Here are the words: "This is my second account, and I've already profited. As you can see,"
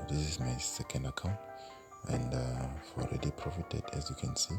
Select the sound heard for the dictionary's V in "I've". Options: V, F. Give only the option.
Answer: F